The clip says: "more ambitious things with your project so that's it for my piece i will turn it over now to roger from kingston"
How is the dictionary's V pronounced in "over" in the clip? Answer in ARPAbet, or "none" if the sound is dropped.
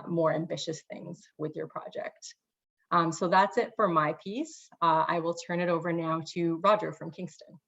V